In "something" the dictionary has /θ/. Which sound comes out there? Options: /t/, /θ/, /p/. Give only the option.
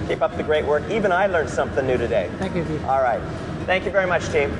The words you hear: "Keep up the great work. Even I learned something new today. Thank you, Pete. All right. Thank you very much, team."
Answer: /θ/